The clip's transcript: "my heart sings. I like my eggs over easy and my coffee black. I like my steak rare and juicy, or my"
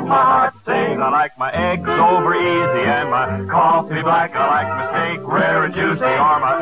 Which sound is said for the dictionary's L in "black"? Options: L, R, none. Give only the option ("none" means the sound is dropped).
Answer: none